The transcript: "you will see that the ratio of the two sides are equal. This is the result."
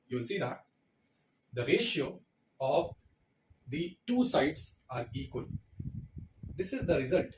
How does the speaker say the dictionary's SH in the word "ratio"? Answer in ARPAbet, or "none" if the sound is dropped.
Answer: SH